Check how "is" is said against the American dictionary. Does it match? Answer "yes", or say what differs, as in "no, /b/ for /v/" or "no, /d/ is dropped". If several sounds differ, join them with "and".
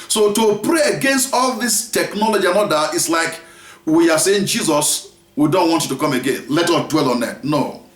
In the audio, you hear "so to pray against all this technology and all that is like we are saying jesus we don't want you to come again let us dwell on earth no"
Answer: no, /s/ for /z/